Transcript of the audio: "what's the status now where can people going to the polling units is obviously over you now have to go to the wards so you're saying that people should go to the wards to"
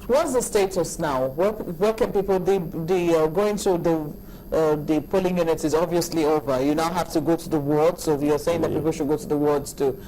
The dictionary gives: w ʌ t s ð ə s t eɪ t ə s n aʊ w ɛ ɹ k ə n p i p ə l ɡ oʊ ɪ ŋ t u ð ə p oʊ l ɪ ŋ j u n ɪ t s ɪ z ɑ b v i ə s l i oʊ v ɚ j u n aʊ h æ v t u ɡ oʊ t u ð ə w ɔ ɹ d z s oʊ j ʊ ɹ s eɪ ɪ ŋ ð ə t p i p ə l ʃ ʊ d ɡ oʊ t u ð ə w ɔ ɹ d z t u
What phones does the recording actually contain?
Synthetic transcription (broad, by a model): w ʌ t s ð ə s t eɪ t ə s n aʊ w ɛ w k ə n p i p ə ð ɡ oʊ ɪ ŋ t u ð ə p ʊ l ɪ ŋ j u n ɪ t s ɪ z ɑ b v i ə s l i oʊ v ɚ j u n aʊ h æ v t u ɡ oʊ t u ð ə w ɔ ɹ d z s oʊ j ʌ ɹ s eɪ ɪ ŋ ð ə t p i p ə l ʃ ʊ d ɡ oʊ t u ð ə w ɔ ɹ d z t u